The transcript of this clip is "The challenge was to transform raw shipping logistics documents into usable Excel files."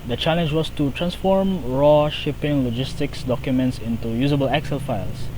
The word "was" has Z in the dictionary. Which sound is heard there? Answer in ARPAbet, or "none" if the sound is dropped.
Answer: S